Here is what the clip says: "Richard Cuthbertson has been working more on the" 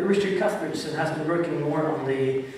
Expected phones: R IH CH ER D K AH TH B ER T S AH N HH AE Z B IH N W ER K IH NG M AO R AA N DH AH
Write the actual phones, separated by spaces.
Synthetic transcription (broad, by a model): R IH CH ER K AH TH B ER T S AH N HH AE Z B IH N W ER K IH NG M AO R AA N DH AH